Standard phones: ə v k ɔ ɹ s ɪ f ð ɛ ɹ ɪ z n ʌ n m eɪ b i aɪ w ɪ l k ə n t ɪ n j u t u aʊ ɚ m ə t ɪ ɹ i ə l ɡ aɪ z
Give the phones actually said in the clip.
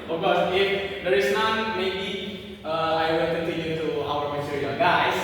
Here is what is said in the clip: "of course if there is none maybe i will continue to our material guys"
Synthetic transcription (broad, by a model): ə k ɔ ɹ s ɪ f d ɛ ɹ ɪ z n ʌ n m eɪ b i aɪ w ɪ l k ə n t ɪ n j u t u aʊ ɚ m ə s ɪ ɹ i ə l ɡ aɪ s